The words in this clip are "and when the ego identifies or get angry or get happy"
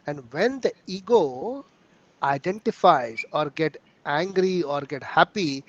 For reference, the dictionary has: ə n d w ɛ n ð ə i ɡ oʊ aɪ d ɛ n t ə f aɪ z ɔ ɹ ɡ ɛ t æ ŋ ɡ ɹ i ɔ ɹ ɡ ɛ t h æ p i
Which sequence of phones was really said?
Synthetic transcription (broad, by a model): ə n d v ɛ n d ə i ɡ oʊ aɪ d ɛ n t ə f aɪ z ɔ ɹ ɡ ɛ t æ ŋ ɡ ɹ i ɔ ɹ ɡ ɛ t h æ p i